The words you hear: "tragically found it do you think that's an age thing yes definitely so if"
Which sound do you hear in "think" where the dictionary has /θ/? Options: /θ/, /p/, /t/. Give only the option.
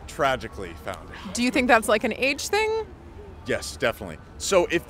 /θ/